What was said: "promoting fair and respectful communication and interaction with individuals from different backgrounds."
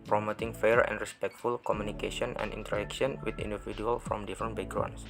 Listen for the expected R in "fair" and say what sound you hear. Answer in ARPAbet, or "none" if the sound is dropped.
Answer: R